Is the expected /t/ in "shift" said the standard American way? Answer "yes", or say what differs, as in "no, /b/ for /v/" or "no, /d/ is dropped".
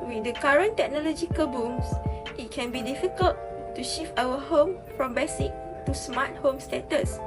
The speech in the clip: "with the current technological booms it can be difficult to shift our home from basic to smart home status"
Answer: no, /t/ is dropped